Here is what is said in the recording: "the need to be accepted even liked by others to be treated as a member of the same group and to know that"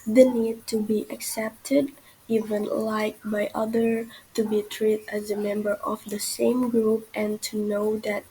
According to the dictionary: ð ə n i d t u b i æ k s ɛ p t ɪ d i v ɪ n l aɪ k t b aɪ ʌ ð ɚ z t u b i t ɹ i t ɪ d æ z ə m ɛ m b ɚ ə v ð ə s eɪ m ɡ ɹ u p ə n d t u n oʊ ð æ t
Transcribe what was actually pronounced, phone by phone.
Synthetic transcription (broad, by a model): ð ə n i d t u b i æ k s ɛ p t ɪ d i v ɪ n l aɪ k b aɪ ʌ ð ɚ t u b i t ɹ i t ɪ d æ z ə m ɛ m b ɚ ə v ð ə s eɪ m ɡ ɹ u p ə n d t u n oʊ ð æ t